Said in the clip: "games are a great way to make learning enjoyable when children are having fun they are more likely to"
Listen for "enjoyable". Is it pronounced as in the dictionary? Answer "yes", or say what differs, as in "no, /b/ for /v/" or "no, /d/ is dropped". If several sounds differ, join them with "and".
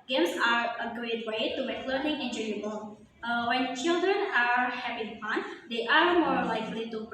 no, /w/ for /l/